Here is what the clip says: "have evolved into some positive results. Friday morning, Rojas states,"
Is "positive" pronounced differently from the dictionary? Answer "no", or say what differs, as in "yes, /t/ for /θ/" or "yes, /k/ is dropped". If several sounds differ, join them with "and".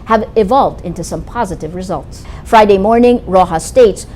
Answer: no